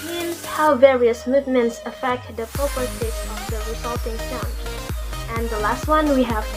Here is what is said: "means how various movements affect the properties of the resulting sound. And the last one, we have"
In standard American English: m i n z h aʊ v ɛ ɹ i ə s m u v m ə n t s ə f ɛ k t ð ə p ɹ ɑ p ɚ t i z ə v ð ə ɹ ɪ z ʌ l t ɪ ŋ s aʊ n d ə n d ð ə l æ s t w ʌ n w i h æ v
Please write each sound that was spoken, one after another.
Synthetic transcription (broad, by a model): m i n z h aʊ v ɛ ɹ i ə s m u v m ə n t s ə f ɛ k t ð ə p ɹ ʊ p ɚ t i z ə v ð ə ɹ ɪ z ʌ l t ɪ ŋ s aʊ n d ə n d ð ə l æ s t w ʌ n w i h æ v